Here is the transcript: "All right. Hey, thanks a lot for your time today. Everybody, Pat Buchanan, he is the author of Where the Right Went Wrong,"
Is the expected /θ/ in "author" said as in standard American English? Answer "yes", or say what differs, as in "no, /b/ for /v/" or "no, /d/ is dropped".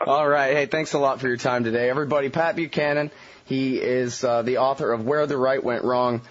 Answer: yes